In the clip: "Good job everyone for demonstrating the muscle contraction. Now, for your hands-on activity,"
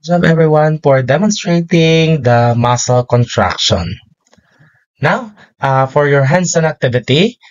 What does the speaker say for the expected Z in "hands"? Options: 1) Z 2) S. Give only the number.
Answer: 2